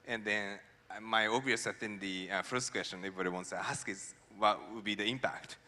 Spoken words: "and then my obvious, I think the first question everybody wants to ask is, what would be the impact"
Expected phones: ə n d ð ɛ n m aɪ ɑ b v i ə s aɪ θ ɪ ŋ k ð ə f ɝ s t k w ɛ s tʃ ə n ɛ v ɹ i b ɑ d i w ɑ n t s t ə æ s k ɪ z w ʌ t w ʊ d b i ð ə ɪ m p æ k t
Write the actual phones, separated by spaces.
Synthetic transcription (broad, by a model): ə n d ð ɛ n m aɪ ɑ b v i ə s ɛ f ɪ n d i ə f ɝ s t k w ɛ s tʃ ə n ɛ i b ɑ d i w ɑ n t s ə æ s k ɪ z w ʌ t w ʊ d b i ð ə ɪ m p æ k t